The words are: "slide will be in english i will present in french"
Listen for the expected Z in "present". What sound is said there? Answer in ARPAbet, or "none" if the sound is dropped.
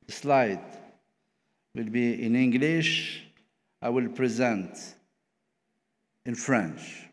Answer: Z